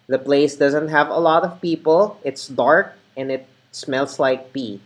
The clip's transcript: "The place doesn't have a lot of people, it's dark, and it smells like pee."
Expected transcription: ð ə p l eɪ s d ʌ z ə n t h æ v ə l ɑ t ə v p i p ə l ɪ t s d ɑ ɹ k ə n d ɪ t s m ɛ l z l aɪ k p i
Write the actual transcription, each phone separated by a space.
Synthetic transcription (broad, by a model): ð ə p l eɪ s d ʌ z ə n t h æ v ə l ɑ t ə v p i p ə l ɪ t s d ɑ ɹ k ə n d ɪ t s m ɛ l s l aɪ k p i